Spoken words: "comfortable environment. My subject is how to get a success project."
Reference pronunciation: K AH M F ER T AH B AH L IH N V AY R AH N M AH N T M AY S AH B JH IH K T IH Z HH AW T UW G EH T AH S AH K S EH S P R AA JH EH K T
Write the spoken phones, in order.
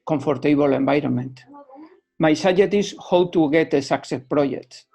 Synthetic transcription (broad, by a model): K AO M F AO T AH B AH L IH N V AY R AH N M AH N T M AY S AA JH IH T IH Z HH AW T UW G EH T AH S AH K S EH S P R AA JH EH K T